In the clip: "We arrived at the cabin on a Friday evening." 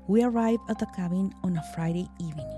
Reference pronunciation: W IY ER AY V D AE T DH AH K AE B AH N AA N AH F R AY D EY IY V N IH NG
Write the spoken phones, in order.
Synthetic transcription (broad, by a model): W IY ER AY V AE T DH AH K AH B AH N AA N AH F R AY D EY IY V N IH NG